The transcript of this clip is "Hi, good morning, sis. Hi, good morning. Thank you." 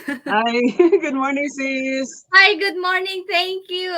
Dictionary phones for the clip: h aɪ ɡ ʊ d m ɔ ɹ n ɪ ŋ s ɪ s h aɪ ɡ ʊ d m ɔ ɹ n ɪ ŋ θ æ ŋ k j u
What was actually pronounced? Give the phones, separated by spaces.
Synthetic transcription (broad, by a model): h aɪ ɡ ʊ d m ɔ ɹ n ɪ ŋ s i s h aɪ ɡ ʊ d m ɔ ɹ n ɪ ŋ t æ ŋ k j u